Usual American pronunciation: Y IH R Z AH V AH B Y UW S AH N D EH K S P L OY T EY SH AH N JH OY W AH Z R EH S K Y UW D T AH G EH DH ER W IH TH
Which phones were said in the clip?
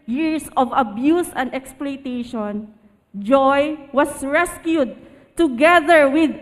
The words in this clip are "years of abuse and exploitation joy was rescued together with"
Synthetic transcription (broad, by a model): Y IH R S AH V AH B Y UW S AH N D EH K S P L OY T EY SH AH N JH OY W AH S R EH S K Y UW D T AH G EH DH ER W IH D